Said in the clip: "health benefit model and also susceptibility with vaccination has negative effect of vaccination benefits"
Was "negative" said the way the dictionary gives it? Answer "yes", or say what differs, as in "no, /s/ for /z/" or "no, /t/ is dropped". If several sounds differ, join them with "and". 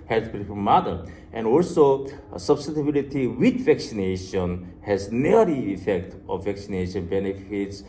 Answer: no, /v/ is dropped